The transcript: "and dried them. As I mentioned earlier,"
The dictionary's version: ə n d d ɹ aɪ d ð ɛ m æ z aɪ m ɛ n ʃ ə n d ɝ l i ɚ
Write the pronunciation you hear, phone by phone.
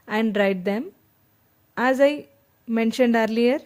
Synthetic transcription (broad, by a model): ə n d d ɹ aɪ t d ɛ m æ z aɪ m ɛ n ʃ ə n d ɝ l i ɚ